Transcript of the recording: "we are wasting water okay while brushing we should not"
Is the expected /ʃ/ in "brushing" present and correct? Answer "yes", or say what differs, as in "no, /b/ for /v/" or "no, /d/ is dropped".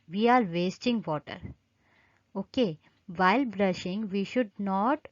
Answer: yes